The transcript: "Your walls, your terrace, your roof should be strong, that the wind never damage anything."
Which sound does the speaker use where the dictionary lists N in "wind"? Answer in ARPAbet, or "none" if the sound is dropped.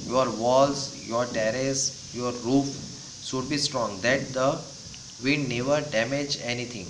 none